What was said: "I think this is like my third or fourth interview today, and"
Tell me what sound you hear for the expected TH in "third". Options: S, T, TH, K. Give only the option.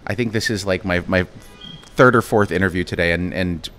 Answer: TH